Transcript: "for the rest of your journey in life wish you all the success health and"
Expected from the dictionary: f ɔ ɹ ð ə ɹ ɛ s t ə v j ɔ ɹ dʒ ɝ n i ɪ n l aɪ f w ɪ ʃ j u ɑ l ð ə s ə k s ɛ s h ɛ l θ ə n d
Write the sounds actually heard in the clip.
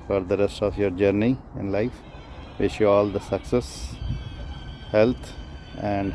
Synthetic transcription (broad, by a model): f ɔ ɹ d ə ɹ ɛ s t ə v j ɔ ɹ dʒ ɝ n i ɪ n l aɪ f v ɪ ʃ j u ɑ l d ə s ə k s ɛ s h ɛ l t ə n d